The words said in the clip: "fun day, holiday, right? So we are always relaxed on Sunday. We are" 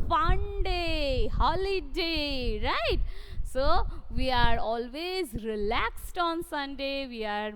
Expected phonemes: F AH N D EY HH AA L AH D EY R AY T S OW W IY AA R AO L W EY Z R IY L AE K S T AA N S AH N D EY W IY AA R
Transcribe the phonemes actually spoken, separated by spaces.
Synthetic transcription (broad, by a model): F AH N D EY HH AA L AH D EY R AY T S OW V IY AA R AO L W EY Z R IY L AE K S T AA N S AH N D EY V IY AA R